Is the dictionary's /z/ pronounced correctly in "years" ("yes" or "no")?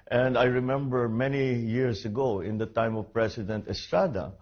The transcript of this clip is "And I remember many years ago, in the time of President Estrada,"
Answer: no